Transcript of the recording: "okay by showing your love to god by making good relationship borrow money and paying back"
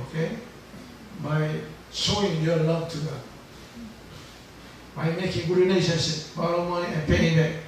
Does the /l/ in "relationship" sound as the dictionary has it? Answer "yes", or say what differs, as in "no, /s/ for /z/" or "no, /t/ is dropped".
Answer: no, /n/ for /l/